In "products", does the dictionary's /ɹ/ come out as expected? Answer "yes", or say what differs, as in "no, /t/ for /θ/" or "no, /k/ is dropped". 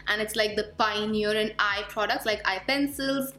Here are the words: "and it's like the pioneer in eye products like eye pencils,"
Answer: yes